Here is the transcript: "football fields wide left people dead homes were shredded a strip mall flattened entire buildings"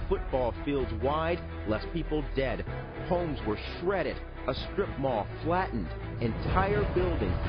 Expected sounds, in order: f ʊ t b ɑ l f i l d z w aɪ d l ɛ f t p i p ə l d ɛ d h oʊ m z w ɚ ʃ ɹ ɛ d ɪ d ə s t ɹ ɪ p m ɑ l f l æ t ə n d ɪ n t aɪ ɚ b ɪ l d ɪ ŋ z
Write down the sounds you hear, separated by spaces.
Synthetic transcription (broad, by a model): f ʊ t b ɑ l f i l d z w aɪ d l ɛ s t p i p l d ɛ d h oʊ m z w ɚ ʃ ɹ ɛ d ɪ d ə s t ɹ ɪ p m ɑ f l æ t n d ɪ n t aɪ ɚ b ɪ l d ɪ ŋ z